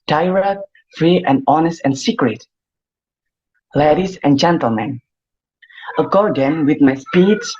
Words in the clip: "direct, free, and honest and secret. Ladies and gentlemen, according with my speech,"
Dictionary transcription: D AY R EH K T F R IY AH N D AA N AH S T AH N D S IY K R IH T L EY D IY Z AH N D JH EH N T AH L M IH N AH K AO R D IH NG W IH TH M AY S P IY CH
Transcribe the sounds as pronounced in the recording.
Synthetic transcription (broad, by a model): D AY R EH K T F R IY AH N D AA N AH S T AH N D S IY K R IH T L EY D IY S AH N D JH EH N T AH L M IH N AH K AO R D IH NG W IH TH M AY S P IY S